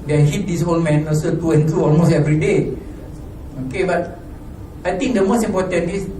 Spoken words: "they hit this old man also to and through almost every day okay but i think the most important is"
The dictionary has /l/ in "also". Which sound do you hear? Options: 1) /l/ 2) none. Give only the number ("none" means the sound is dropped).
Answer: 2